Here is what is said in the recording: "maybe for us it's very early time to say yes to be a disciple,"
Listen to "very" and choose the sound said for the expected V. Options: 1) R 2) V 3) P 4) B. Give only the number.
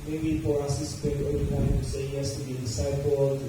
3